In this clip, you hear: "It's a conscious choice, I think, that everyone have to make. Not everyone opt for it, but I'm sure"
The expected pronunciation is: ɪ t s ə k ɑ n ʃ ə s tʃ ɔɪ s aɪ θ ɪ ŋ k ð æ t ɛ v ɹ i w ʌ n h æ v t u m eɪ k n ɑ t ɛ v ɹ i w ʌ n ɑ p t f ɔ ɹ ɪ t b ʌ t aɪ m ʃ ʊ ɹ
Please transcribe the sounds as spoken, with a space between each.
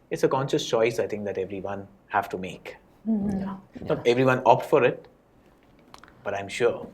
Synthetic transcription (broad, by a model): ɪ t s ə k ɑ n ʃ ə s tʃ ɔɪ s aɪ t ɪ ŋ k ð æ t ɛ v ɹ i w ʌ n h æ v t u m eɪ k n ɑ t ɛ v ɹ i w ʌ n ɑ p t f ɔ ɹ ɪ t b ʌ t aɪ m ʃ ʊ ɹ